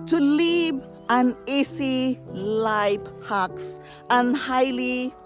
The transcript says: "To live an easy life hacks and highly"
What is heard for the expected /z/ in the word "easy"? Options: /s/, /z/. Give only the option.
/s/